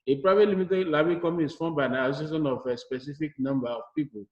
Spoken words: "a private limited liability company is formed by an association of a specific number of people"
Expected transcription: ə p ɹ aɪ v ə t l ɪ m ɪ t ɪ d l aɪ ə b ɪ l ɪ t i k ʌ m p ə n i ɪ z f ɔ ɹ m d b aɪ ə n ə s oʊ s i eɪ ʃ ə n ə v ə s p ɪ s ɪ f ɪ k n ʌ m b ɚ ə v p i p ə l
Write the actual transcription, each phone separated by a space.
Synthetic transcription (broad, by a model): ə p ɹ aɪ v ə t l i m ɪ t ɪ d l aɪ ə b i k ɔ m ə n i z f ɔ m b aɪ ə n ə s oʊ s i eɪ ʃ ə n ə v ə s p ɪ s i f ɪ k n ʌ m b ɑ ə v p i p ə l